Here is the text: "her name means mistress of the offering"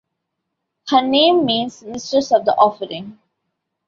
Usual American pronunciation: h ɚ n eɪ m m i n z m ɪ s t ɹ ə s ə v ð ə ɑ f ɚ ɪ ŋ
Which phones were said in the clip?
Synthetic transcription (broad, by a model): h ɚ n eɪ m m i n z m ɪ s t ə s ə v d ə ɑ f ɚ ɪ ŋ